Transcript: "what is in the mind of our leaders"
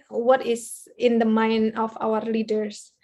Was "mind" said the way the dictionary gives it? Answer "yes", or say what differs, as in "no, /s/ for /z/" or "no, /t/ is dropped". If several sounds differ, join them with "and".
no, /d/ is dropped